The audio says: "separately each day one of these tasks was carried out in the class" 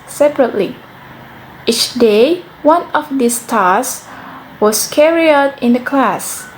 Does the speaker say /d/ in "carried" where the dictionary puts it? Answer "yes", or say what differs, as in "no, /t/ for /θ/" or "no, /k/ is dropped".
no, /d/ is dropped